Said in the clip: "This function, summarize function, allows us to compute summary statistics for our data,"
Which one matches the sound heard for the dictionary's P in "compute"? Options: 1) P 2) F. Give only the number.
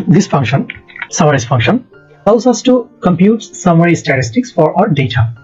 1